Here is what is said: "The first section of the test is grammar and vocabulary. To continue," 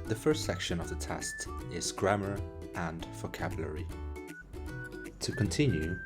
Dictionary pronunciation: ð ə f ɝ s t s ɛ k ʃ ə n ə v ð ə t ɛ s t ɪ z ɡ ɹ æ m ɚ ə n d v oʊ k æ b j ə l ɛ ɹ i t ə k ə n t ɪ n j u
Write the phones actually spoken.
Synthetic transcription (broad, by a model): ð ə f ɝ s t s ɛ k ʃ ə n ə v ð ə t ɛ s t ɪ z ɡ ɹ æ m ɚ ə n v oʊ k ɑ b j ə l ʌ ɹ i t ə k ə n t ɪ n j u